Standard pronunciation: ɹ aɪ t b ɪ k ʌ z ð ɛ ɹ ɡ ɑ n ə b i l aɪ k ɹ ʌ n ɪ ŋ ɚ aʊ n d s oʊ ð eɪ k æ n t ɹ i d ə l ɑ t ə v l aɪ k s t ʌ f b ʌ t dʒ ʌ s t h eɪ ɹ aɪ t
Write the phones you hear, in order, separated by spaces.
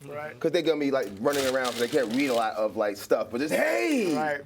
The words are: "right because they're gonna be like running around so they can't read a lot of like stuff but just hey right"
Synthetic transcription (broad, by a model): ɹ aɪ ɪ k ʌ z ð ɛ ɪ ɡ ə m i l aɪ k ɹ ʌ n ɪ ŋ ɚ aʊ n d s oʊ ð eɪ k æ n t ɹ i d ə l ɑ t ə v l aɪ k s t ʌ f b ʌ t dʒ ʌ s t h eɪ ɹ aɪ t